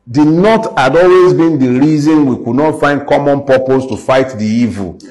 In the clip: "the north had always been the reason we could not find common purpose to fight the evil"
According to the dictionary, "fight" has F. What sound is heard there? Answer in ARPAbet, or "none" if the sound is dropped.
F